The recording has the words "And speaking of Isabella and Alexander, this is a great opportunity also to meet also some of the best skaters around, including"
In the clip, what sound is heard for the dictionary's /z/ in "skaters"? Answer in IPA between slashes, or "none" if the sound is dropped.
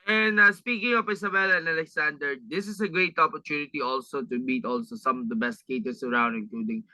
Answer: /s/